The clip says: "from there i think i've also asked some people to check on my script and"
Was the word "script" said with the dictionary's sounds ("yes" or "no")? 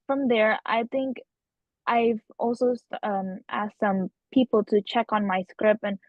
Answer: no